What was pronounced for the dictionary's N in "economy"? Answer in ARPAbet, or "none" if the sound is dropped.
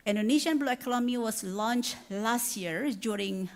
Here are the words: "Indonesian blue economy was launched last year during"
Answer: L